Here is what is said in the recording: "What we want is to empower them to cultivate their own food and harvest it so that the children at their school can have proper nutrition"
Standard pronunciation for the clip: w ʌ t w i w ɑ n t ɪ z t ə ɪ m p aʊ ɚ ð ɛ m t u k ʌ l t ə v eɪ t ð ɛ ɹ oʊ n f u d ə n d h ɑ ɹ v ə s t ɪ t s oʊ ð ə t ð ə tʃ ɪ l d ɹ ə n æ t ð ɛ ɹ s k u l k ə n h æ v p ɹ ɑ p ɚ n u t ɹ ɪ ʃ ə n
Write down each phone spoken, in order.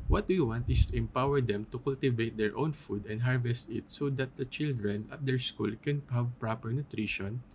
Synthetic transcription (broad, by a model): w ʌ t w i w ɑ n t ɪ s t ə ɪ m p aʊ ɚ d ɛ m t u k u l t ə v eɪ t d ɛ ɹ oʊ n f u d ə n d h ɑ ɹ v ə s t ɪ t s oʊ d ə t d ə tʃ ɪ l d ɹ ə n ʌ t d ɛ ɹ s k u l k ə n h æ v p ɹ ɑ p ɚ n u t ɹ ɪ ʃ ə n